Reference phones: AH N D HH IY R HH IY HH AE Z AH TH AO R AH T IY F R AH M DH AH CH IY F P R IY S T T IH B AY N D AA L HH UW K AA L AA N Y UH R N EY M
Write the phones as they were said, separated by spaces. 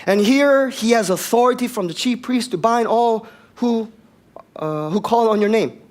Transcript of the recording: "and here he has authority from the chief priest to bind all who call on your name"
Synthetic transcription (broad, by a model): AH N HH IY R HH IY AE Z AH TH AO R AH T IY F R AH M DH AH CH IY F P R IY S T T IH B AY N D AA L HH UW K AA L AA N Y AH R N EY M